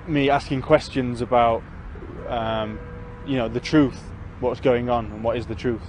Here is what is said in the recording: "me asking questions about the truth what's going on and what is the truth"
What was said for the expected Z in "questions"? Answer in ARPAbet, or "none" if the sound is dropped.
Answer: Z